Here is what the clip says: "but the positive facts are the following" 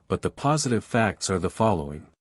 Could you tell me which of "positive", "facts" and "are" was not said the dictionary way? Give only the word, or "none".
none